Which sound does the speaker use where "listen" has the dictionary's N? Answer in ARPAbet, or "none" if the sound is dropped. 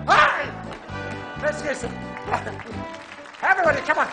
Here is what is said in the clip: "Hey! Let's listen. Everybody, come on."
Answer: none